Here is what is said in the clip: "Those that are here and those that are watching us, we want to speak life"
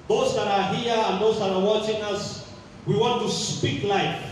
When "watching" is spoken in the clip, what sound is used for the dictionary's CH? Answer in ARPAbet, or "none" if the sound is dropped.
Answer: CH